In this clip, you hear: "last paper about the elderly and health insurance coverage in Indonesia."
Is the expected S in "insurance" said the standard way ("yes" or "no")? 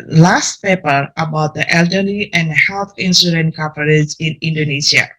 no